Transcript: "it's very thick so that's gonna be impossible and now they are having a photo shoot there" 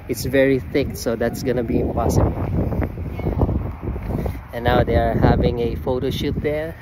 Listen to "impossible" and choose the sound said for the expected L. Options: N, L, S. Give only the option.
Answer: N